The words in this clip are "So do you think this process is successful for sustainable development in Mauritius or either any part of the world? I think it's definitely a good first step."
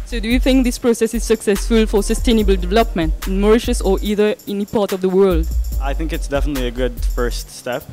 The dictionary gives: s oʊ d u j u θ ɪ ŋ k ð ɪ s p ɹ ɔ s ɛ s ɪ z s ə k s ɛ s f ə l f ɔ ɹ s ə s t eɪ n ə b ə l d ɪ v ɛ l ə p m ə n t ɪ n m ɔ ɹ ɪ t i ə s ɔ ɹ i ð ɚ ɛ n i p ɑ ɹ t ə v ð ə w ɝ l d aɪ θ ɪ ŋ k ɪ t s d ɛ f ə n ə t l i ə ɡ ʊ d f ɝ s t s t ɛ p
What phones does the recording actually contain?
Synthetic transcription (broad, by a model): s oʊ d u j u θ ɪ ŋ k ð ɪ s p ɹ ɔ s ɛ s ɪ z s ə k s ɛ s f ə l f ɔ ɹ s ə s t eɪ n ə b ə l d ɪ v ɛ l ə p m ə n t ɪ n m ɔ ɹ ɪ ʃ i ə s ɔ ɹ i ð ɚ ɛ n i p ɑ ɹ t ə v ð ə w ɝ l d aɪ θ ɪ ŋ k ɪ t s d ɛ f ə n ə t l i ə ɡ ʊ d f ɝ s t s t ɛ p